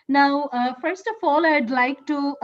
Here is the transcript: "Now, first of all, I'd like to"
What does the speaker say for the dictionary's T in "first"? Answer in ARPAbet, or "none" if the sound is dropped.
T